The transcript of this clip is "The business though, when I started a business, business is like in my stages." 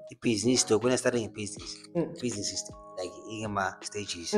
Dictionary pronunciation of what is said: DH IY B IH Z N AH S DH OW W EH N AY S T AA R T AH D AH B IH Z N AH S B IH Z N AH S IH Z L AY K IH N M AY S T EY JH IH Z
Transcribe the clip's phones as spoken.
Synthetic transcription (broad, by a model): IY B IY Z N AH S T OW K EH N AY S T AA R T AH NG AH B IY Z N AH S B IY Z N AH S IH S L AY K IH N M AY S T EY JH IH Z